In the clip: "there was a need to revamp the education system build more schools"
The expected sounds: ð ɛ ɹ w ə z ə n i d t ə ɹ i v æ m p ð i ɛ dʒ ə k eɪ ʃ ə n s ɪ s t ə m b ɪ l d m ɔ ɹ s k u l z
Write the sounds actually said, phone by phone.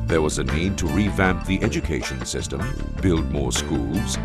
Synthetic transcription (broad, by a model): ð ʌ ɹ w ə z ə n i d t ə ɹ i v æ m p ð i ɛ dʒ ə k eɪ ʃ ə n s ɪ s t ə m b ɪ l d m ɔ ɹ s k u l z